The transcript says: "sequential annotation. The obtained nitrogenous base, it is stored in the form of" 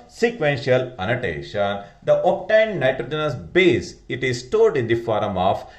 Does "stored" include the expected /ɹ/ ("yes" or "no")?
no